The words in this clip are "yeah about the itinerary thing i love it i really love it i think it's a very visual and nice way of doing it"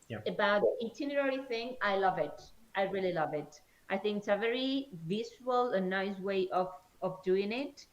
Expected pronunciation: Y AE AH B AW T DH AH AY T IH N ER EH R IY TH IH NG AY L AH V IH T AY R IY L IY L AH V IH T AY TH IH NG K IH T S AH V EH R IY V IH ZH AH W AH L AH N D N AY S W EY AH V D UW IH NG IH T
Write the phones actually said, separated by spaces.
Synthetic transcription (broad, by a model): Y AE AH B AW T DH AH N T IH N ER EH R IY TH IH NG AY L AH V IH T AY R IY L IY L AH V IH T AY TH IH NG K IH T S AH V EH R IY V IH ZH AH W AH L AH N N AY S W EY AH V D UW IH NG IH T